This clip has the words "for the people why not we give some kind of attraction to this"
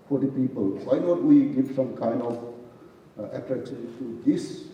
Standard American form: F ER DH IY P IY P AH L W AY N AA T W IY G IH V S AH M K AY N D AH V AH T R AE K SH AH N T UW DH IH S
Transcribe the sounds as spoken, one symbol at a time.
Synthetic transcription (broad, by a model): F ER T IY P IY P AH L W AY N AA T W IY G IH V S AH M K AY N D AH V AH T R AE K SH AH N T UW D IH S